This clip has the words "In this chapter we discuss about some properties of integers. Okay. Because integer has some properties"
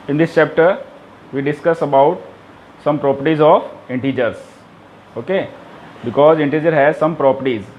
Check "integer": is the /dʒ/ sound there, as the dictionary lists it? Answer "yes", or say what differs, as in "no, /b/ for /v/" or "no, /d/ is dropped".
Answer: yes